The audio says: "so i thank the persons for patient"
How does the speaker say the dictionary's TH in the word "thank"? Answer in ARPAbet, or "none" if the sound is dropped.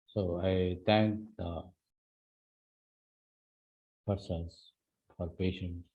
T